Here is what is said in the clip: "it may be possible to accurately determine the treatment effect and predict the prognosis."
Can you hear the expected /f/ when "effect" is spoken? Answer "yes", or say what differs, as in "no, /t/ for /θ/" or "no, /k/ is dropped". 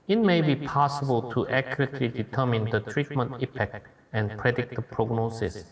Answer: no, /p/ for /f/